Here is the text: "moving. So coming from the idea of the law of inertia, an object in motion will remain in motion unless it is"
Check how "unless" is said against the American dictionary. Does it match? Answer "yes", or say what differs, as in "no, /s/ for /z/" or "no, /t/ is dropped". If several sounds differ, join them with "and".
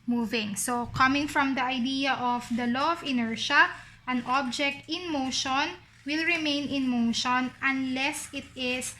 yes